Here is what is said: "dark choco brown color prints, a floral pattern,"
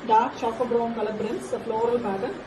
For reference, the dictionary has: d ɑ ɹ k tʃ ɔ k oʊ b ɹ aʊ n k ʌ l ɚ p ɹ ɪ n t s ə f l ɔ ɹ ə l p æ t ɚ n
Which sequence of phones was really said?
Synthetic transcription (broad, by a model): d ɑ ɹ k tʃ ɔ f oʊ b ɹ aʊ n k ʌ l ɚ b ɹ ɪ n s ə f l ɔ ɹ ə l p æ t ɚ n